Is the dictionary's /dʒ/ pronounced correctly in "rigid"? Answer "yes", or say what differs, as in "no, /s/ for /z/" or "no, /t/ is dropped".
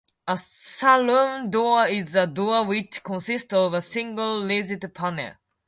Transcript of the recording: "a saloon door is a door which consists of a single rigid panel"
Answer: no, /z/ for /dʒ/